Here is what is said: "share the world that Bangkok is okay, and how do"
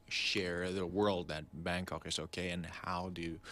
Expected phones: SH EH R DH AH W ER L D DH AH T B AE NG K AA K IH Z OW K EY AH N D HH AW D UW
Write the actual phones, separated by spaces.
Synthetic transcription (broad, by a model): SH EH R DH AH W ER L D DH AH T B AE NG K AA K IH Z OW K EY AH N HH AW D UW